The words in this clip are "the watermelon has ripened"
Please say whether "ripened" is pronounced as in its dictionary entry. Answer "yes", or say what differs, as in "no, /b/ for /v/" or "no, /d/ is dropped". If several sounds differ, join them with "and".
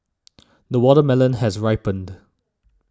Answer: yes